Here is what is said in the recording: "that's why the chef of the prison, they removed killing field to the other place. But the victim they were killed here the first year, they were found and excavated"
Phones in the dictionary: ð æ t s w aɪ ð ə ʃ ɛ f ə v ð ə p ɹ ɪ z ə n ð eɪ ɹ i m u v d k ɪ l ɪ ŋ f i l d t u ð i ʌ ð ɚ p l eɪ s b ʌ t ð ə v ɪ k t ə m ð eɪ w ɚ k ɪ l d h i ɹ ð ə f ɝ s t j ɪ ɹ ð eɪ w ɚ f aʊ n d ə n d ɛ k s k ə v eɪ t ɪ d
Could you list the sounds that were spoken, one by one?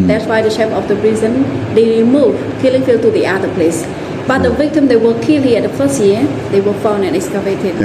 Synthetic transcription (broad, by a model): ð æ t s w aɪ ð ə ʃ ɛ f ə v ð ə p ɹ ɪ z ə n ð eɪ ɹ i m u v k ɪ l ɪ ŋ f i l t u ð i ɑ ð ɚ p l eɪ s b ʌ t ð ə v ɪ k t ə m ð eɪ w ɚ k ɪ l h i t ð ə f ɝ s t j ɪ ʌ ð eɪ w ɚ f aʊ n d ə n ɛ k s k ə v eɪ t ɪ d